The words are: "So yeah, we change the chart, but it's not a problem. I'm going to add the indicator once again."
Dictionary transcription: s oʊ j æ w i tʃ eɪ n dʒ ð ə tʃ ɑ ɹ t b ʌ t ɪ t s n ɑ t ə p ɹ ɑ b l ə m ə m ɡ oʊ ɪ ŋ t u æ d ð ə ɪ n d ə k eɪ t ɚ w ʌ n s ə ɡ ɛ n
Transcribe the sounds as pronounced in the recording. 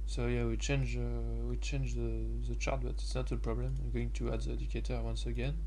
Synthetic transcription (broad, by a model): s oʊ j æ w i tʃ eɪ n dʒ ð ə tʃ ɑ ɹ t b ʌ t ɪ t s n ɑ t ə p ɹ ɑ b l ə m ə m ɡ oʊ ɪ ŋ t u æ d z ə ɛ d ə k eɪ t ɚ w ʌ n s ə ɡ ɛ n